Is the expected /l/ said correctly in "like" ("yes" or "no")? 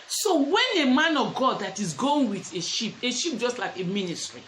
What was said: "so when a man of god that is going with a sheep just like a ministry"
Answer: yes